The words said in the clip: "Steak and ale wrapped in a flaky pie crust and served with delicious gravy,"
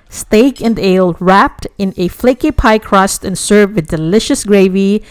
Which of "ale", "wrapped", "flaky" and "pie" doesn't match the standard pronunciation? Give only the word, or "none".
none